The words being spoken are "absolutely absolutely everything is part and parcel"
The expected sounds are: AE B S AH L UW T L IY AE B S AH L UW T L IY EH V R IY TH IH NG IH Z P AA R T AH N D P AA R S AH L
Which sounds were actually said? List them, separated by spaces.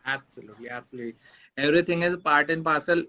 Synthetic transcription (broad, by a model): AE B S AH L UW T L IY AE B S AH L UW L IY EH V R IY T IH NG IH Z P AA R T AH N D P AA S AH L